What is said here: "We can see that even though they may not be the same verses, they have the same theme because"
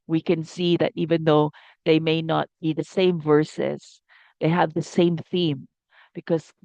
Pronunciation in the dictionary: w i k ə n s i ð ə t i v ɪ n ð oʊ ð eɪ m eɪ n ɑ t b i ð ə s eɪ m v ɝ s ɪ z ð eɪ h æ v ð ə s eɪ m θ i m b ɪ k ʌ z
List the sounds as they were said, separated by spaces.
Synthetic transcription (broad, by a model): w i k ə n s i ð ə t i v ɪ n ð oʊ ð eɪ m eɪ n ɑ t b i ð ə s eɪ m v ɝ s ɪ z ð eɪ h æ v ð ə s eɪ m θ i m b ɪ k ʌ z